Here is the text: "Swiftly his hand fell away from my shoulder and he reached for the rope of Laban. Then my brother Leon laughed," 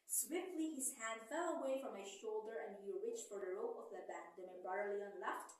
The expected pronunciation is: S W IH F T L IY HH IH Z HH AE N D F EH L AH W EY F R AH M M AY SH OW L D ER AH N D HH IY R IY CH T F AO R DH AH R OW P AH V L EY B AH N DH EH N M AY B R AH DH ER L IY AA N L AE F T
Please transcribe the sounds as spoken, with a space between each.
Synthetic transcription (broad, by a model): S W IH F T L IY HH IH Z HH AE N D F EH L AH W EY F R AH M M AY SH OW L D ER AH N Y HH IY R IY CH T F AO R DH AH R OW P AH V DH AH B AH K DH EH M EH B AA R L IY AA N L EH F T